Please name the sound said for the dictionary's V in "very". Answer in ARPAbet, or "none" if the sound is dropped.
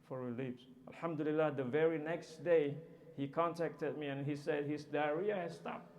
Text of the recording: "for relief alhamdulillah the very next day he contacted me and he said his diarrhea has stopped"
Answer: V